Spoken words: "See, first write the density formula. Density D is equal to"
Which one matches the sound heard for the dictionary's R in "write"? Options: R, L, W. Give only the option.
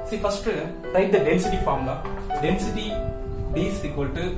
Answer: L